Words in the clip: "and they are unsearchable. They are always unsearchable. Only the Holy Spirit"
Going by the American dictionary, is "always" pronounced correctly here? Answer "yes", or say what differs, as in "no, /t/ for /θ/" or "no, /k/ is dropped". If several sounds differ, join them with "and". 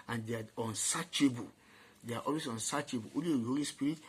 no, /s/ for /z/